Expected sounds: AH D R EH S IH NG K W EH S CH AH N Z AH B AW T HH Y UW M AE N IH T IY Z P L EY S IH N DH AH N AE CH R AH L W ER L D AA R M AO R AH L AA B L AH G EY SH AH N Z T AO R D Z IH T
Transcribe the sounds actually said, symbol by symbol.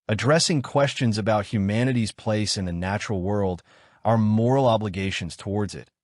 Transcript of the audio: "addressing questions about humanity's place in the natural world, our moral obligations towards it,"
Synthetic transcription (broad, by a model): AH D R EH S IH NG K W EH S CH AH N Z AH B AW T HH Y UW M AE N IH T IY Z P L EY S IH N DH AH N AE CH R L W ER L D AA R M AO R L AA B L AH G EY SH AH N Z T AO R D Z IH T